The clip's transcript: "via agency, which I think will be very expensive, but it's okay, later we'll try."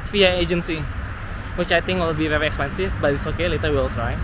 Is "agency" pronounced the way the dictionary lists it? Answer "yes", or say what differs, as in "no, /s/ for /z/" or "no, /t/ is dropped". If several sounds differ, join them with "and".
yes